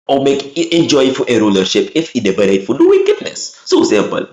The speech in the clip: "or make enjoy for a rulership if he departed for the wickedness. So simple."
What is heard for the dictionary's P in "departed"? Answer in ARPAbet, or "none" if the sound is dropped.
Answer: B